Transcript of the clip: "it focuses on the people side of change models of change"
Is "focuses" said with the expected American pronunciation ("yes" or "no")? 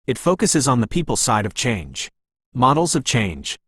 yes